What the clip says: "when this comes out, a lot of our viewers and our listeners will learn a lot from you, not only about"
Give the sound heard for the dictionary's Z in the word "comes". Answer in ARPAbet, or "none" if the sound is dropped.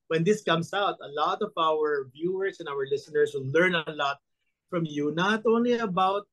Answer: S